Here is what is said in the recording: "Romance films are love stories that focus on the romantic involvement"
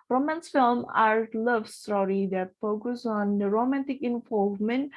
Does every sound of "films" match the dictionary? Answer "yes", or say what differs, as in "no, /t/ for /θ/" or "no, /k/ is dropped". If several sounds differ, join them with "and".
no, /z/ is dropped